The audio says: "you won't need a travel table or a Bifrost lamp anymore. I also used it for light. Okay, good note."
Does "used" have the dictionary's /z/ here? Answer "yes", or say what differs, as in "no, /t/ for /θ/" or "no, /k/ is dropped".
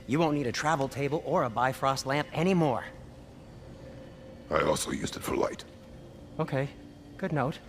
yes